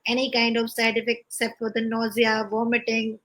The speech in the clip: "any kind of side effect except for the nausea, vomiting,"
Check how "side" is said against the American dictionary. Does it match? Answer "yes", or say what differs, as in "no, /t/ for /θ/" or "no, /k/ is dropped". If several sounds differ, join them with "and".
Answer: no, /d/ is dropped